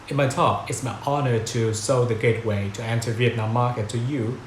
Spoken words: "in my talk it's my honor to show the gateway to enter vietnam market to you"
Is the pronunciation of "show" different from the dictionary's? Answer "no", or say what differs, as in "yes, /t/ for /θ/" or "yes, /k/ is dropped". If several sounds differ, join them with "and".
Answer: yes, /s/ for /ʃ/